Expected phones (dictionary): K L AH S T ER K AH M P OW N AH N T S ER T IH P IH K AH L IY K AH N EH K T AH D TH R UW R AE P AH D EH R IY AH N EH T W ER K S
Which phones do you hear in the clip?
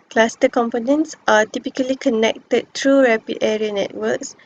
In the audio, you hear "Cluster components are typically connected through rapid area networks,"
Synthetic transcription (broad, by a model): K L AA S T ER K AH M P OW N AH N T S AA T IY P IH K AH L IY K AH N EH K T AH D T R UW R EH P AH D EH R IY AH N EH T W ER K S